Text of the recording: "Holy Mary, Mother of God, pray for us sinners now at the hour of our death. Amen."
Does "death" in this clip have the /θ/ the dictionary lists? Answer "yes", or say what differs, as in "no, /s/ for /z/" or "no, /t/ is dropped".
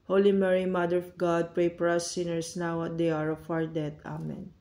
no, /t/ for /θ/